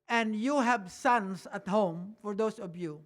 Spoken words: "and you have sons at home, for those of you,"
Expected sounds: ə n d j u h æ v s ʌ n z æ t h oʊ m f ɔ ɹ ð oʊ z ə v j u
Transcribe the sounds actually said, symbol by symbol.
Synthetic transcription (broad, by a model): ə n d j u h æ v s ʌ n s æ t h oʊ m f ɔ ɹ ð oʊ s ə v j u